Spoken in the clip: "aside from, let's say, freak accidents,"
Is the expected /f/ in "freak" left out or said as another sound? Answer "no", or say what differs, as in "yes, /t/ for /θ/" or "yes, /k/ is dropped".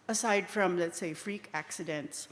no